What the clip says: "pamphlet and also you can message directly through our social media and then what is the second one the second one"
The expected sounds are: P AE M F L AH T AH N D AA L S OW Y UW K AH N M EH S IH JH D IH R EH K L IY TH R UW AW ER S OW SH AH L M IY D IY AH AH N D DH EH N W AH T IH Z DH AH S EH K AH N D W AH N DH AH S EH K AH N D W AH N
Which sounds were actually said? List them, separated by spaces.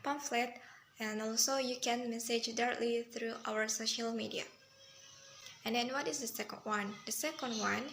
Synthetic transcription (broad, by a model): P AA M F L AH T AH N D AA L S OW Y UW K AH N M EH S IH JH D IH R EH K L IY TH R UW AW ER S OW SH AH L M IY D IY AH AH N D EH N W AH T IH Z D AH S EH K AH N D W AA N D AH S EH K AH N D W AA N